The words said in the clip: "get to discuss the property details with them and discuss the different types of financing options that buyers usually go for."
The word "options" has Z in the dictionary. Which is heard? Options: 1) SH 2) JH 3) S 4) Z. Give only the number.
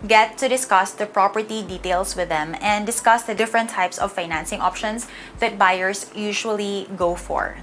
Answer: 3